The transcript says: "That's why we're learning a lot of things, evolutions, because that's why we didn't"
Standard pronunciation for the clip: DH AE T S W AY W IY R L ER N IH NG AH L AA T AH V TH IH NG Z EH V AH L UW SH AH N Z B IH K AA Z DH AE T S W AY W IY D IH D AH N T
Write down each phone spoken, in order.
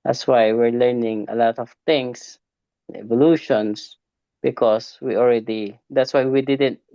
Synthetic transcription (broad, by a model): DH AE T S W AY W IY R L ER N IH NG AH L AA T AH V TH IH NG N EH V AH L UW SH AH N S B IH K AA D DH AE T S W AY W IY D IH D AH N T